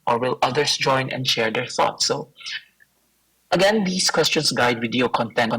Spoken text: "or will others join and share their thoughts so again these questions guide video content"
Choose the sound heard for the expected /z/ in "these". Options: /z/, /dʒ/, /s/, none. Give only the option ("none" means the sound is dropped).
/s/